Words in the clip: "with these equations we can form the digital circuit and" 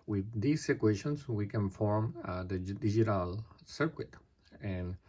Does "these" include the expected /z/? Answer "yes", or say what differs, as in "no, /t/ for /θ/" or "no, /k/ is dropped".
no, /s/ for /z/